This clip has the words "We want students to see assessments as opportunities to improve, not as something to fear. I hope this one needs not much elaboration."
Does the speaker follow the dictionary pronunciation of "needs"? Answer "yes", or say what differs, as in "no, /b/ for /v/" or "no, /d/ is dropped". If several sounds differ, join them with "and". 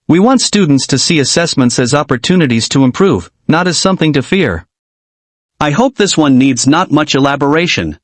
yes